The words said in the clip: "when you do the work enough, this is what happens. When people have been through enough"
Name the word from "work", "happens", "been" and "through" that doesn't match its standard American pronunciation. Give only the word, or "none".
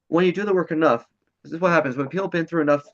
none